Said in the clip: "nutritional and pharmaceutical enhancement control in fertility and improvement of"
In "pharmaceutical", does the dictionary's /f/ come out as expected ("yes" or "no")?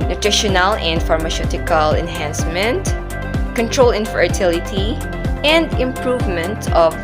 yes